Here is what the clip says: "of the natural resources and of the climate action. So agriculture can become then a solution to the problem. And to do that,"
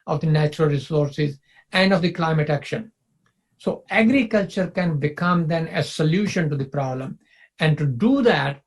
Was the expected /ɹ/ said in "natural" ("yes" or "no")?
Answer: yes